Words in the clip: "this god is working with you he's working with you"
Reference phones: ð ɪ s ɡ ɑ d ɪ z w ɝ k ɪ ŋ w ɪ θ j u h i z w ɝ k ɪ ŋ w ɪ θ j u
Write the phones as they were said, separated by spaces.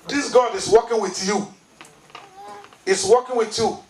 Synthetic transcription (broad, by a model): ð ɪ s ɡ ɑ d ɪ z w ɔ k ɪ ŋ w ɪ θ j u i s w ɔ k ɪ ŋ w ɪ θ j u